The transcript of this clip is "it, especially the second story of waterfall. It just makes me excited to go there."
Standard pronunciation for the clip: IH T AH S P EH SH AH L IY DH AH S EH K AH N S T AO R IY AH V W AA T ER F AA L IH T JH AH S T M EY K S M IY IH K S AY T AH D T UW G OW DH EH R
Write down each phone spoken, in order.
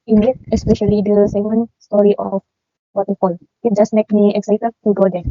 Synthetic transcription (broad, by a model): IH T AH S P EH SH AH L IY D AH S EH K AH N S T AO R IY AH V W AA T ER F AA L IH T JH AH S T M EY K M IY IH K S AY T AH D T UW G OW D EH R